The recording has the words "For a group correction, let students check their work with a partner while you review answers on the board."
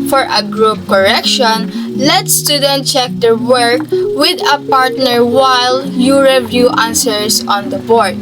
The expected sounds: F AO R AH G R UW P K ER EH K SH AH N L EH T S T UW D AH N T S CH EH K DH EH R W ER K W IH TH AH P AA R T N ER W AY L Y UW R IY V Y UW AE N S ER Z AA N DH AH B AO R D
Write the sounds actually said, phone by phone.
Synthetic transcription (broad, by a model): F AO R AH G R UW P K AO EH K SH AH N L EH T S T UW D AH N T CH EH K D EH R W ER K W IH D AH P AA R T N ER W AY L Y UW R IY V Y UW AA N S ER S AA N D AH B AO R D